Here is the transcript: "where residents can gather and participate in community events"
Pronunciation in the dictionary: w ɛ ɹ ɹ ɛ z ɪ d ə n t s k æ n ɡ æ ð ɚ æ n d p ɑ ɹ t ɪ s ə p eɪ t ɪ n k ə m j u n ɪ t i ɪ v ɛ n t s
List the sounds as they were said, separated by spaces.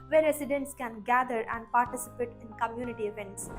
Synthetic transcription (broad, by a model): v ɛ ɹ ɹ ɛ s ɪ d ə n t s k æ n ɡ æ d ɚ æ n d p ɑ ɹ t ɪ s ə p eɪ t ɪ n k ə m j u n ɪ t i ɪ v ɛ n t s